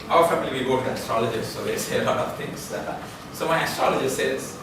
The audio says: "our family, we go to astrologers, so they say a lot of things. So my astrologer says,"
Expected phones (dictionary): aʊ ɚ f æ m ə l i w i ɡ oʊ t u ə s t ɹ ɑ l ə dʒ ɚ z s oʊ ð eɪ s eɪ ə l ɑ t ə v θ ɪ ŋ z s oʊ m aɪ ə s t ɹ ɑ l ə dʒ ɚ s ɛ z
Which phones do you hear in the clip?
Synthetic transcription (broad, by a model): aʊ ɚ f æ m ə l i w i ɡ oʊ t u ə s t ɹ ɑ l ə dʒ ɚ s s oʊ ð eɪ s eɪ ə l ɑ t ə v t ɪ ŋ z s oʊ m aɪ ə s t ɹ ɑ l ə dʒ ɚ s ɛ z